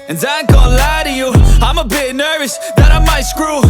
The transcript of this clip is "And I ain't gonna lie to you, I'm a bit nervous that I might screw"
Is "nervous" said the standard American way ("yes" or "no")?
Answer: yes